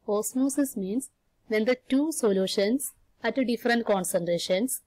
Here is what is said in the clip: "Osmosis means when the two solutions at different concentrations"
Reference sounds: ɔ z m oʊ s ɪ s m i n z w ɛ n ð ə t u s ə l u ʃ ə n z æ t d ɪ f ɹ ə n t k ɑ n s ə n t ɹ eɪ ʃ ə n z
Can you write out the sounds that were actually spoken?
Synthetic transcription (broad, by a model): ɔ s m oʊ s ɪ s m i n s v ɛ n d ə t u s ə l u ʃ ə n s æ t d ɪ f ɹ ə n t k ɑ n s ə n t ɹ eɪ ʃ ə n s